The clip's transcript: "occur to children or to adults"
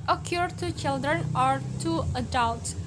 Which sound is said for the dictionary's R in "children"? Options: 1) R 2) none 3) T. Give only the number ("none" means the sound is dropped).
1